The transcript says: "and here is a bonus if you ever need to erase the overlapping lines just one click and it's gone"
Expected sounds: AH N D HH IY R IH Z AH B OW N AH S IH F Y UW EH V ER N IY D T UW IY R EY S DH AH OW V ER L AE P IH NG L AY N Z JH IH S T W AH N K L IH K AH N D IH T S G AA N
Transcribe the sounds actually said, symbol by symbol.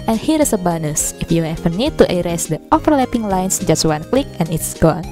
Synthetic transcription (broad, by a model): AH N HH IY R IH S AH B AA N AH S IH F Y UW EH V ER N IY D T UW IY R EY S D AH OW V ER L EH P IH NG L AY N S JH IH S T W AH N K L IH K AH N IH T S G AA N